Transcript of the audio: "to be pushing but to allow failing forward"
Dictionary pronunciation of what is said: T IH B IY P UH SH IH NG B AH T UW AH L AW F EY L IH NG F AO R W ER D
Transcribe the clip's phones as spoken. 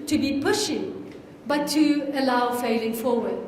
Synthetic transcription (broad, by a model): T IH B IY P UH SH IH NG B AH T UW AH L AW F EY L IH NG F AO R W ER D